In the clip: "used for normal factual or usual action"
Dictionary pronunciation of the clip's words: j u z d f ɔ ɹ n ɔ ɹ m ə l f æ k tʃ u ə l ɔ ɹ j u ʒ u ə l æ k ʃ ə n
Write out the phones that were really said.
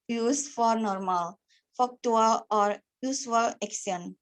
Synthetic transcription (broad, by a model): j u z f ɔ ɹ n ɔ ɹ m ə l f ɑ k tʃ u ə l ɔ ɹ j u s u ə l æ k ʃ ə n